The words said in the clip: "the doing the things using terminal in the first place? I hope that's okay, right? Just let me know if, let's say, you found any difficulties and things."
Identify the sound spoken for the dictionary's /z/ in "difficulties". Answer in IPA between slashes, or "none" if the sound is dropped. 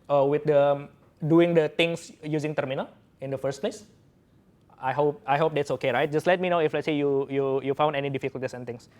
/s/